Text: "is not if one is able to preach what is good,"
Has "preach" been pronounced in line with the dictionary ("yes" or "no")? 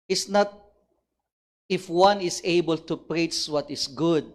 no